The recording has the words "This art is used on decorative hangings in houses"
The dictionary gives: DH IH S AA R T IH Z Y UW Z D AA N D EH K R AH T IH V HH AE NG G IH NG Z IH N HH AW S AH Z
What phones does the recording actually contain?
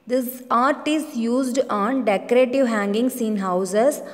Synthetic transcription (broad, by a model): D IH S AA R T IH S Y UW Z D AA N D EH K R AH T IH V HH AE NG G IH NG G IH N HH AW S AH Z